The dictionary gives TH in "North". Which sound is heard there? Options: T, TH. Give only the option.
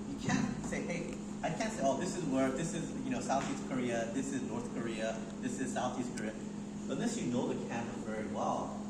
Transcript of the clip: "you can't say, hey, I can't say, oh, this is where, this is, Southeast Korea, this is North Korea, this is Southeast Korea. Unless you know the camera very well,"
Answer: TH